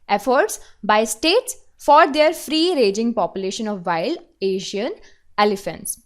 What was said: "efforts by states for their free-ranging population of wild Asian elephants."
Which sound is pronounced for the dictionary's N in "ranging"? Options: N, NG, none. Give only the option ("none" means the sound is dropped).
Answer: none